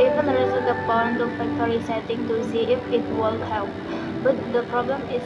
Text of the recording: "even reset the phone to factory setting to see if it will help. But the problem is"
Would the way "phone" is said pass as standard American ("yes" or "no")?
no